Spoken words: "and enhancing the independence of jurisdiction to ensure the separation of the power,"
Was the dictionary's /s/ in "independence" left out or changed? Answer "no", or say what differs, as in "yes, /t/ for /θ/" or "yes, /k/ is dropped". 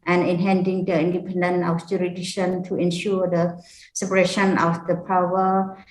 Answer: yes, /s/ is dropped